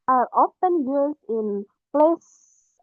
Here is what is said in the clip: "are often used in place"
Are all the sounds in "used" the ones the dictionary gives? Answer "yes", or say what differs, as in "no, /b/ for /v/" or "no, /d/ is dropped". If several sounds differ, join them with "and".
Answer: no, /d/ is dropped